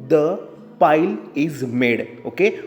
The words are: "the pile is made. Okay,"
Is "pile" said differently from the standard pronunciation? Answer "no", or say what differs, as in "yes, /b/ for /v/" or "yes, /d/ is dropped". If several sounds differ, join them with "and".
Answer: no